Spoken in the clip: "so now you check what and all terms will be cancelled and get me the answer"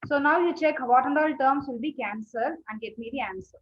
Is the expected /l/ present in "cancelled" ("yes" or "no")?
no